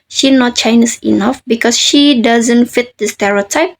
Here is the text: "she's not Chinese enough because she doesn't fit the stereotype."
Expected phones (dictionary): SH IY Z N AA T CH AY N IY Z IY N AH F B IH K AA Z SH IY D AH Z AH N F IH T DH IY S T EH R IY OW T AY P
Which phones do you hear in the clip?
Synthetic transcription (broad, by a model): SH IY N AA T CH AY N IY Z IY N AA F B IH K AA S SH IY D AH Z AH N F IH T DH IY S T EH R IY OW T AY P